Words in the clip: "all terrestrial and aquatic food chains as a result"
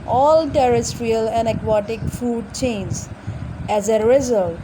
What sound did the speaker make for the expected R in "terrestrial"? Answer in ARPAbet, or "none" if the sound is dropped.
R